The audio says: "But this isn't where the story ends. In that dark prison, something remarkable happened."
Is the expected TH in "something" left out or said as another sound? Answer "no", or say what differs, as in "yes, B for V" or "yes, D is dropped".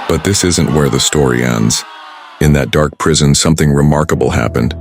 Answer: no